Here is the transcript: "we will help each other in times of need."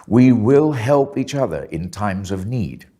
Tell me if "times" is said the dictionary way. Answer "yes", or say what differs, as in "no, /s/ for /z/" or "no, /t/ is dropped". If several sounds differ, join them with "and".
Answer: yes